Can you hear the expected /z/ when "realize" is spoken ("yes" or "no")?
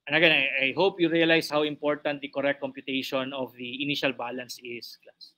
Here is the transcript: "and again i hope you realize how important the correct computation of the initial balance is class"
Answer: no